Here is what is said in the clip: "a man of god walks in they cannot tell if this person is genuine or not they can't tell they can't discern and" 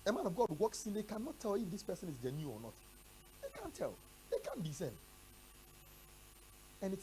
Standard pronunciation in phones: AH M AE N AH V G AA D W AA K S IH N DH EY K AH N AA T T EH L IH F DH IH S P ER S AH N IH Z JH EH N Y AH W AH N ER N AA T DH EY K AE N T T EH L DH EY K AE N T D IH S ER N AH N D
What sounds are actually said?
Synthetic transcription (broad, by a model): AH M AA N AH V G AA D W AA K S IH N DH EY K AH N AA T T EH L IH F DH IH S P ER S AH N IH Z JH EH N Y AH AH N N AA T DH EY K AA N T T EH L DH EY K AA N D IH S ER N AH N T